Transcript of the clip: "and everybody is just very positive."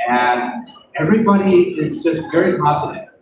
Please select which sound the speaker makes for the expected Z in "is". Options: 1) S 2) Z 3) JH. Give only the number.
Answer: 2